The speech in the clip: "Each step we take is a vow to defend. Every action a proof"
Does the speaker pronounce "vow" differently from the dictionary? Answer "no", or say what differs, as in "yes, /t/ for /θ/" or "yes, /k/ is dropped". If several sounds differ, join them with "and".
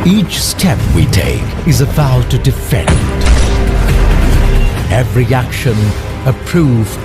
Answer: yes, /b/ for /v/